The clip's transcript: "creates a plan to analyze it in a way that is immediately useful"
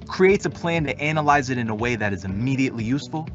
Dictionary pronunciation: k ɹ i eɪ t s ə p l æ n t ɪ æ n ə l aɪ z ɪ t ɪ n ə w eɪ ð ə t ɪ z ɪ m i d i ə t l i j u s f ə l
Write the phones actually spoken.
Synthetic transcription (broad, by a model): k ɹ i eɪ t s ə p l æ n t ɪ æ n ə l aɪ z ɪ t ɪ n ə w eɪ ð ə t ɪ z ɪ m i d i ə t l i j u s f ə l